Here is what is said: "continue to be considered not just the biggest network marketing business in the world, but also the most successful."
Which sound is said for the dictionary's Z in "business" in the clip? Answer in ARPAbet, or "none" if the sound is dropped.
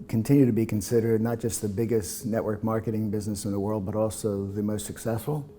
Z